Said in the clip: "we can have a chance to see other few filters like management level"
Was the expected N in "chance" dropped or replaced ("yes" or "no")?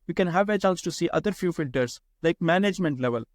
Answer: yes